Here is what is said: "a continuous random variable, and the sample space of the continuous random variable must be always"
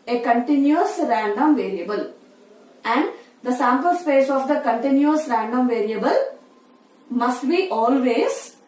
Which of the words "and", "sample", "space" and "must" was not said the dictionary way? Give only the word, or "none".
none